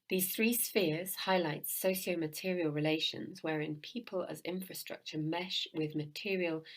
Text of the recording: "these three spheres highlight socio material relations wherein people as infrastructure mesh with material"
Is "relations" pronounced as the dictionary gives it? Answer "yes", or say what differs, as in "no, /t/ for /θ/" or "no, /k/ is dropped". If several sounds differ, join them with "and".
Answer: yes